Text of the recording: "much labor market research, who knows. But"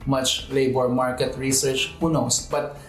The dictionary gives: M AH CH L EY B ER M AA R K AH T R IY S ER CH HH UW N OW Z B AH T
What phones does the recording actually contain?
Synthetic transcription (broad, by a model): M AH CH L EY B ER M AA R K AH T R IY S ER CH HH UW N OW S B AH T